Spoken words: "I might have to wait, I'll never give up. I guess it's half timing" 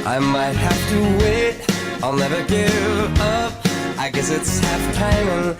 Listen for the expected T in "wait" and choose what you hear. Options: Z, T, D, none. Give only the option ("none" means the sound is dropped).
T